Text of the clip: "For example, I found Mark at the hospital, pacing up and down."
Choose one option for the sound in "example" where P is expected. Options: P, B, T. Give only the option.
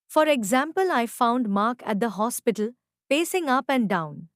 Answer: P